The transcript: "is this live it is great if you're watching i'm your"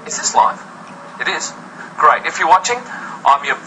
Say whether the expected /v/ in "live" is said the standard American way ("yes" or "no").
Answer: no